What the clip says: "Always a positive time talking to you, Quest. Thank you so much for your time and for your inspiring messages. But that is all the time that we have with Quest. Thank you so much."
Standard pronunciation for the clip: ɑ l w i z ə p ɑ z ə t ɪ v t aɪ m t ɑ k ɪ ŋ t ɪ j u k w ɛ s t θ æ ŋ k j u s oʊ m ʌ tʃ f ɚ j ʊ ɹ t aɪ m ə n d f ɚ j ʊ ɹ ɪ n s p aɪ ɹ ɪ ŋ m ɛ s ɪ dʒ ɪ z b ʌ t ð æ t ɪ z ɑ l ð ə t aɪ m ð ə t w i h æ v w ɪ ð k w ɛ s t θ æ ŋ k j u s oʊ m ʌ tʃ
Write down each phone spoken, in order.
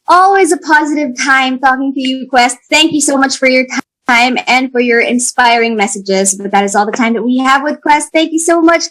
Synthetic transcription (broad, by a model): ɑ l w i z ə p ɑ z ə t ɪ v t aɪ m t ɑ k ɪ ŋ t ɪ j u k w ɛ s t θ æ ŋ k j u s oʊ m ʌ tʃ f ɚ j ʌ ɹ t aɪ m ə n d f ɚ j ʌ ɹ ɪ n s p aɪ ɹ ɪ ŋ m ɛ s ɪ dʒ ɪ z b ʌ t ð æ t ɪ z ɑ l ð ə t aɪ m ð ə t w i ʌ v w ɪ ð k w ɛ s t θ æ ŋ k j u s oʊ m ʌ tʃ